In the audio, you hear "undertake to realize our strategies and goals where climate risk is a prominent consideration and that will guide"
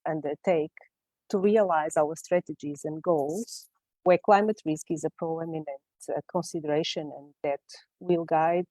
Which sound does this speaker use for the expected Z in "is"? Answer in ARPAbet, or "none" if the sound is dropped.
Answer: Z